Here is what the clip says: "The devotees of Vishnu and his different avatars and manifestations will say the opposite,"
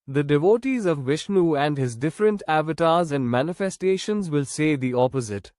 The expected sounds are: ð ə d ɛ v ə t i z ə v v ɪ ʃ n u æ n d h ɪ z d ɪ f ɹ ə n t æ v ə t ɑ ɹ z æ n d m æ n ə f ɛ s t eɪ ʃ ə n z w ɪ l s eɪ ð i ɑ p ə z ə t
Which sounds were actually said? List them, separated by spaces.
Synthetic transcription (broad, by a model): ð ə d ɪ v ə t i z ə v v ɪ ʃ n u æ n d h ɪ z d ɪ f ɹ ə n t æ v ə t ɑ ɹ z æ n d m æ n ə f ɛ s t eɪ ʃ ə n z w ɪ l s eɪ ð i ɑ p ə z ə t